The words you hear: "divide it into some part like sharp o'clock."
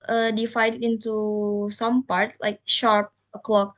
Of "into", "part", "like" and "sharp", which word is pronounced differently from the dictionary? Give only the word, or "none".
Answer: none